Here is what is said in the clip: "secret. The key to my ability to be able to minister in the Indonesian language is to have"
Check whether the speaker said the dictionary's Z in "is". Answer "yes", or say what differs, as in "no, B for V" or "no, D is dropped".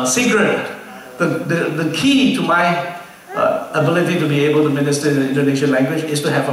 no, S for Z